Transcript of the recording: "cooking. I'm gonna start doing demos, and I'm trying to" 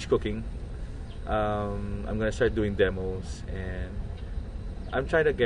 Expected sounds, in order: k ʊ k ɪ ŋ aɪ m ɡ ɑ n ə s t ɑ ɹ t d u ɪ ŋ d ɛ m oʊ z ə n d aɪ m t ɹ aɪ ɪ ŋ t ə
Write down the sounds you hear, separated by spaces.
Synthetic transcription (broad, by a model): k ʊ k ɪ ŋ aɪ m ɡ ɑ n ə s t ɑ ɹ t d u ɪ ŋ d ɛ m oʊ s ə n d aɪ m t ɹ aɪ ɪ ŋ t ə